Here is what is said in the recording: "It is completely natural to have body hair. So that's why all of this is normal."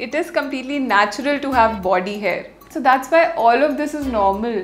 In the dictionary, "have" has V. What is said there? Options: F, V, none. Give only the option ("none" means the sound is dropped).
V